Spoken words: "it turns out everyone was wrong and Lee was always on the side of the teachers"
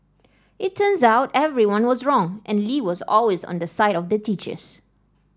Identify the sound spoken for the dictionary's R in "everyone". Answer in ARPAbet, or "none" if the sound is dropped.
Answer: R